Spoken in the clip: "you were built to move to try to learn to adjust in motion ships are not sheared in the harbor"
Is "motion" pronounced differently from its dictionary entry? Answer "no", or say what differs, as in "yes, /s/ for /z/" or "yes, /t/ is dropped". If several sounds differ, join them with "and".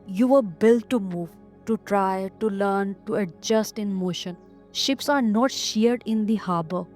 no